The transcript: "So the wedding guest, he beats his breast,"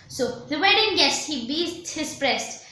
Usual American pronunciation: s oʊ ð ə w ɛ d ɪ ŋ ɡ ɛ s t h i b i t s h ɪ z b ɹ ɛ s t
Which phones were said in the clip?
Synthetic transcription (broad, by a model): s oʊ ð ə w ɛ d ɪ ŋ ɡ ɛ s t h i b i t h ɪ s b ɹ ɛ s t